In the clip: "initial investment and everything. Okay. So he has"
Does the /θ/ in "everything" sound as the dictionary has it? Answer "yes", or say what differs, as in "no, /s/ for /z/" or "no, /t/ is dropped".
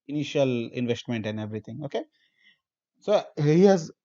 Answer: no, /t/ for /θ/